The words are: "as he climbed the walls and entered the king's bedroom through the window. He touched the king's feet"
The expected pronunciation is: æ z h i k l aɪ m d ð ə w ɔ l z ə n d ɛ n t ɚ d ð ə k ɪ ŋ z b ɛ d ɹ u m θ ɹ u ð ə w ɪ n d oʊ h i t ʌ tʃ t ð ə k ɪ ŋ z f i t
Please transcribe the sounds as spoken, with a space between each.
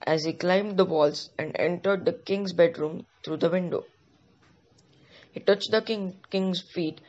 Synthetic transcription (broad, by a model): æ z h i k l aɪ m d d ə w ɔ l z ə n d ɛ n t ɚ d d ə k ɪ ŋ z b ɛ d ɹ u m t ɹ u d ə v ɪ n d oʊ h i t ʌ tʃ t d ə k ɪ ŋ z f i t